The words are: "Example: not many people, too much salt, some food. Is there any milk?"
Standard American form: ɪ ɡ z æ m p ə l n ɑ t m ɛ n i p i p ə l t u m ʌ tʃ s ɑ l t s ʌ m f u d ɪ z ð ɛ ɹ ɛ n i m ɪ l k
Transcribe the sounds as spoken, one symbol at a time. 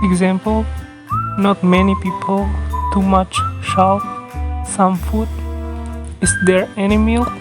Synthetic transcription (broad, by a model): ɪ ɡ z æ m p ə l n ɑ t m ɛ n i p i p ə l t u m ʌ tʃ ʃ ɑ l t s ʌ m f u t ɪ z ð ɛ ɹ ɛ n i m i l